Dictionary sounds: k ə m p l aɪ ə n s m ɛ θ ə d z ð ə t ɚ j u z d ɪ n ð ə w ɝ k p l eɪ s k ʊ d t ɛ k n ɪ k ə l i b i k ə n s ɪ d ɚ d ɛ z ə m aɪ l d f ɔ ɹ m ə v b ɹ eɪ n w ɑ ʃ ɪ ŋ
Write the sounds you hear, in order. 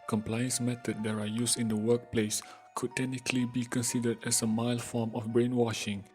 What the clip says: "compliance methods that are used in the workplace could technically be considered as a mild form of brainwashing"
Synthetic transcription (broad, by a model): k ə m p l aɪ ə n s m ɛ t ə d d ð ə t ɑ j u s ɪ n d ə w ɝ k p l eɪ s k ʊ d t ɛ k n ɪ k ə l i b i k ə n s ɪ d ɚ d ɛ s ə m aɪ l f ɔ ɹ m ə f b ɹ eɪ n w ɑ ʃ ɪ ŋ